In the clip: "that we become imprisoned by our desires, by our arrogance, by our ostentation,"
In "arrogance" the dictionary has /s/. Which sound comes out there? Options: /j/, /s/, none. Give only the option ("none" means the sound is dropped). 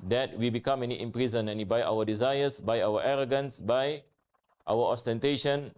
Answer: /s/